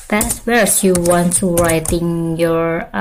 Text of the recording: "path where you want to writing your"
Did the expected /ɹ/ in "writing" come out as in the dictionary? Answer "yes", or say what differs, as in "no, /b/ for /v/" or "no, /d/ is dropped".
yes